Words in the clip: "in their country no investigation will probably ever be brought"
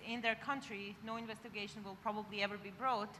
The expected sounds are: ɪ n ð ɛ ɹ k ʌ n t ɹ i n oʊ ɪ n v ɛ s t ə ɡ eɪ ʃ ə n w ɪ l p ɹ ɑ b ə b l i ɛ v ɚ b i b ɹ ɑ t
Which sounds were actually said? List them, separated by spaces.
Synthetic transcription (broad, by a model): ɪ n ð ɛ ɹ k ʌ n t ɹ i n oʊ ɪ n v ɛ s t ə ɡ eɪ ʃ ə n w ɪ l p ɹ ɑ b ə b l i ɛ v ɚ b i b ɹ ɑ t